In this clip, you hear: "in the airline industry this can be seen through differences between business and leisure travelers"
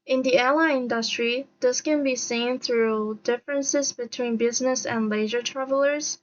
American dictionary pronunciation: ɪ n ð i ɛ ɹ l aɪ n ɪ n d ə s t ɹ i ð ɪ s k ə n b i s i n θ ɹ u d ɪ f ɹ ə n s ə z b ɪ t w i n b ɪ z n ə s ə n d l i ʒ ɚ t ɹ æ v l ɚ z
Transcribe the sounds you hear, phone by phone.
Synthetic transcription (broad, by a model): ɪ n ð i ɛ l aɪ ɪ n d ə s t ɹ i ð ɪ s k ə n b i s i n θ ɹ u d ɪ f ɹ ə n s ə z b ɪ t w i n b ɪ z n ə s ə n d l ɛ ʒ ɚ t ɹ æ v l ɚ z